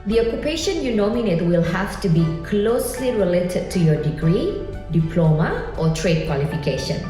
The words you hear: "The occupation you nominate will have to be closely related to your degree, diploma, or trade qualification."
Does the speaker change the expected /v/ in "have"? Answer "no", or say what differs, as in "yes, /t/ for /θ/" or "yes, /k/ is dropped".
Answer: yes, /f/ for /v/